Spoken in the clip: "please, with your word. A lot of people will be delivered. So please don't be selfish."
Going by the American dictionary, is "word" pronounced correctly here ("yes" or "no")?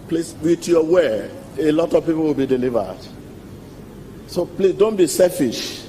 no